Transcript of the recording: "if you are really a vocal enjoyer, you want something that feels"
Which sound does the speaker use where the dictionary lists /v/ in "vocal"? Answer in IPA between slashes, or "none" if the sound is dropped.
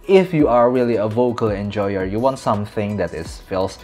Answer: /v/